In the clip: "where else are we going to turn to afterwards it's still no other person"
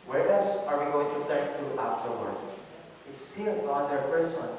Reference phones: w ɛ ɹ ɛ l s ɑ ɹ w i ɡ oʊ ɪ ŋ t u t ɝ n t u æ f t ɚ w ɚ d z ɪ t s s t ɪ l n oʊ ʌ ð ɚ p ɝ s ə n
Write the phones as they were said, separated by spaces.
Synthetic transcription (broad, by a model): w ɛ ɹ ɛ s ɑ ɹ w i ɡ oʊ ɪ ŋ t u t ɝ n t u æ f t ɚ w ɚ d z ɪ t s s t ɪ l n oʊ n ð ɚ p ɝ s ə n